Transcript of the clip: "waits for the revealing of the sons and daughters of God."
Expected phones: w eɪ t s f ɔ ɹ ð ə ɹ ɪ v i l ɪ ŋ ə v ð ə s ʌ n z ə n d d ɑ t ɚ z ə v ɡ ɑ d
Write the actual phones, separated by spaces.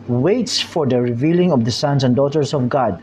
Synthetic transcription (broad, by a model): w eɪ t s f ɔ ɹ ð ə ɹ ɪ v i l ɪ ŋ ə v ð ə s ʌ n s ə n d d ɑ t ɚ s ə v ɡ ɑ d